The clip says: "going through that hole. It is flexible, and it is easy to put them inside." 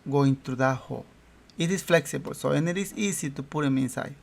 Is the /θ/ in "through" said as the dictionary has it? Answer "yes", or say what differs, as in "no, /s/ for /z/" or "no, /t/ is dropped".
no, /t/ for /θ/